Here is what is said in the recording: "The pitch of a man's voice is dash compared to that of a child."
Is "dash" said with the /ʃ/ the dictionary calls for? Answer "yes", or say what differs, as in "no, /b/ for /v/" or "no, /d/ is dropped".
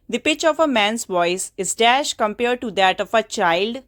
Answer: yes